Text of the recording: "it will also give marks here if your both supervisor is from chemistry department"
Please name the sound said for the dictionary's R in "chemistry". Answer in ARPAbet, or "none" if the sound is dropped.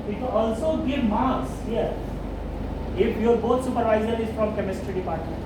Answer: R